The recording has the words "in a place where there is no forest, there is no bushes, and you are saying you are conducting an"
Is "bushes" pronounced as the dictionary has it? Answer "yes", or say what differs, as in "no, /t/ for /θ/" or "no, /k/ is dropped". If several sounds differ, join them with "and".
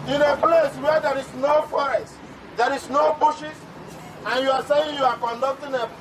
no, /s/ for /z/